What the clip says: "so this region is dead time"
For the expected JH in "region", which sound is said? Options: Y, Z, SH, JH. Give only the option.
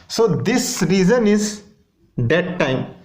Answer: Z